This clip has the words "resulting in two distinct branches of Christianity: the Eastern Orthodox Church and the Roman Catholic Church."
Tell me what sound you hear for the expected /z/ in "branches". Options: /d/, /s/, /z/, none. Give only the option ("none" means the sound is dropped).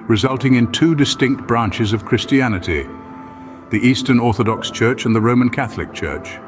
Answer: /z/